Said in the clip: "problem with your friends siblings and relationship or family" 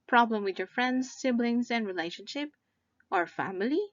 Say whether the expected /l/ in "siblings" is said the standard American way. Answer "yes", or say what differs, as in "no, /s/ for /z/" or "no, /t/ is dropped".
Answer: yes